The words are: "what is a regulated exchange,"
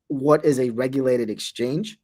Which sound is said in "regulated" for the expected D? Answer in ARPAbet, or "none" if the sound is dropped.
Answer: D